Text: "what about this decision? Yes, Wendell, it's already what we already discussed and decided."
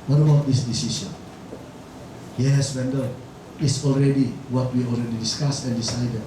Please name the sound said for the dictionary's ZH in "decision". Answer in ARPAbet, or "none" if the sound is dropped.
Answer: S